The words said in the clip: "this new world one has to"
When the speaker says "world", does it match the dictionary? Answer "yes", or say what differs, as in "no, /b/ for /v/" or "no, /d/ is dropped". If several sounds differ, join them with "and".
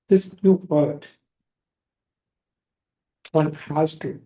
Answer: no, /l/ is dropped